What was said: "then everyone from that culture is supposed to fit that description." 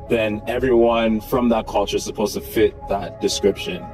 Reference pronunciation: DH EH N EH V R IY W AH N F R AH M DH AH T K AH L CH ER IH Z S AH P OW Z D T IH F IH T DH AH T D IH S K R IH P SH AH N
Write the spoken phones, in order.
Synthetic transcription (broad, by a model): DH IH N EH V R IY W AH N F R AH M DH AH T K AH L CH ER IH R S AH P OW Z T IH F IH T DH AH T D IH S K R IH P SH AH N